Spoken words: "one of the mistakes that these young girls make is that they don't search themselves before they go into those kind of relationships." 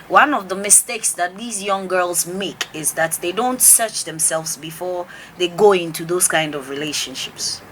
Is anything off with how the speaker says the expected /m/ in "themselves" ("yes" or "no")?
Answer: no